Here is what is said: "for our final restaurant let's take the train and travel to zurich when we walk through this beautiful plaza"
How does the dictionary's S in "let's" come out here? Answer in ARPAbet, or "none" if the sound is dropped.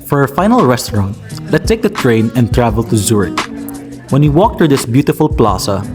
none